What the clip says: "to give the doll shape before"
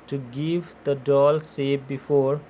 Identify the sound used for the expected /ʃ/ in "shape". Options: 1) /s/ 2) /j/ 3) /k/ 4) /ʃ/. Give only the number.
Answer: 1